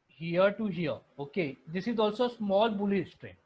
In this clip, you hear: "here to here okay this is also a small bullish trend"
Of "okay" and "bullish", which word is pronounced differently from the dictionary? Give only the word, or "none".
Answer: bullish